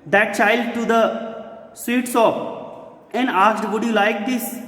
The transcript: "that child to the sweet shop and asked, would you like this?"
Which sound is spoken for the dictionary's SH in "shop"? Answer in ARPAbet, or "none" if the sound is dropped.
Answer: S